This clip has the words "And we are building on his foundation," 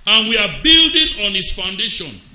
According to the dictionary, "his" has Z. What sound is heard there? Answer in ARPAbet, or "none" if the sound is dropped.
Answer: S